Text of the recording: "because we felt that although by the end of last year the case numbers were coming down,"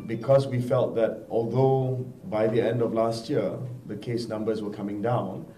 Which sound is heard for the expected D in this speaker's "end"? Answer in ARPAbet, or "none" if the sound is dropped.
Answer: D